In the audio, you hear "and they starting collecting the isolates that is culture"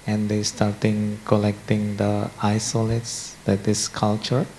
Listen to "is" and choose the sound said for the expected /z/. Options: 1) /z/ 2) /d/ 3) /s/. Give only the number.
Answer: 3